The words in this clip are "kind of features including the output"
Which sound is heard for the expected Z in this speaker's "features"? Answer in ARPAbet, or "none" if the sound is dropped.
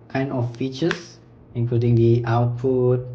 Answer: S